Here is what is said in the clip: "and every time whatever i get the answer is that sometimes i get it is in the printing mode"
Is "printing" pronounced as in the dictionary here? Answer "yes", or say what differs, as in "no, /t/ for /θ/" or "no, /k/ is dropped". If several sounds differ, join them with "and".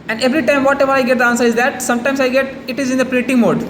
no, /n/ is dropped